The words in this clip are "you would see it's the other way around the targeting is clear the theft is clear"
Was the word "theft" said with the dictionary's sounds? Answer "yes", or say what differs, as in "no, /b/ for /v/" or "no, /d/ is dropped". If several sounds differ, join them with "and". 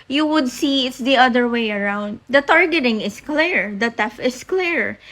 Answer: no, /t/ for /θ/ and /t/ is dropped